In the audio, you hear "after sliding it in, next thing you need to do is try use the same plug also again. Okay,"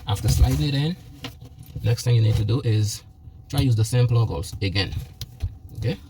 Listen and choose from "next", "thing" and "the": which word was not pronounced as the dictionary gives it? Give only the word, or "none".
none